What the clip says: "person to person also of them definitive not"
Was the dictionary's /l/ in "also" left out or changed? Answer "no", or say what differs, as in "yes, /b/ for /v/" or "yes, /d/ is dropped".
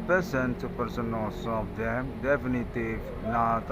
yes, /l/ is dropped